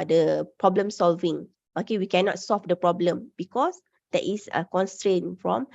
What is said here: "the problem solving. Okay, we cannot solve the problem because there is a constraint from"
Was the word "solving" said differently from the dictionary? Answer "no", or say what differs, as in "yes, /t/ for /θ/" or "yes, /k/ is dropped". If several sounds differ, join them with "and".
no